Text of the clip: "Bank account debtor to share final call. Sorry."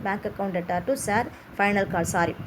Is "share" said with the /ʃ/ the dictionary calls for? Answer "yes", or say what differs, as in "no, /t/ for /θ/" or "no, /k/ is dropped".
no, /s/ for /ʃ/